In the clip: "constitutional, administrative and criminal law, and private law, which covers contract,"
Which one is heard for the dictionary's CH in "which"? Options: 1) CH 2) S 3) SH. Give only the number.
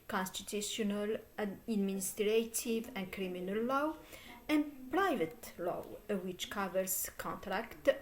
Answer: 1